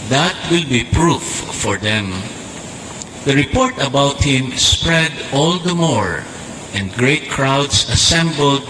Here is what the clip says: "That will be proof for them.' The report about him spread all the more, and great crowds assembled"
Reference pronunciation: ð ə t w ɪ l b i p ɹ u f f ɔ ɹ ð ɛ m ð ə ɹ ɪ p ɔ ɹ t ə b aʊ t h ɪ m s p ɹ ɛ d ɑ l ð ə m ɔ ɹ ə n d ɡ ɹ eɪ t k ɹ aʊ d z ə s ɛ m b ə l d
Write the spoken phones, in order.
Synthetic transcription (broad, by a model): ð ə t w ɪ l b i p ɹ u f f ɔ ɹ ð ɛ m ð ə ɹ ɪ p ɔ ɹ t ə b aʊ t h ɪ m s p ɹ ɛ d ɑ l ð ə m ɔ ɹ ə n d ɡ ɹ eɪ t k ɹ aʊ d s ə s ɛ m b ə l d